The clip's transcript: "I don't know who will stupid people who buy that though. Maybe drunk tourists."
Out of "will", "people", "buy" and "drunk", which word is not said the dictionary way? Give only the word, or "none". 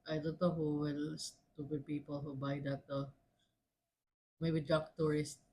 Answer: drunk